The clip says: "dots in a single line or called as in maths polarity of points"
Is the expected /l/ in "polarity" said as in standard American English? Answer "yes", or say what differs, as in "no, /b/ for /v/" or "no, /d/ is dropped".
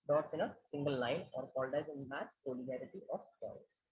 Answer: no, /n/ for /l/